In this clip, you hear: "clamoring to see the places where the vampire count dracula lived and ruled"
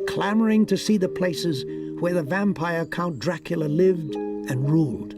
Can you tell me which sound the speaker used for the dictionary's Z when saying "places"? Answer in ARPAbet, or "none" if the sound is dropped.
Z